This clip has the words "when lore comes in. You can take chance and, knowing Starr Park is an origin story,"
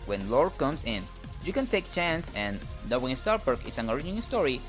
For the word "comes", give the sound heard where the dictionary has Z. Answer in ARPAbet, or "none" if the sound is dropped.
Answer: S